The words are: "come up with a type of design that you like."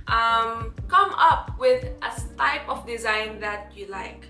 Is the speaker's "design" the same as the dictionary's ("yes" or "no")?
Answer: yes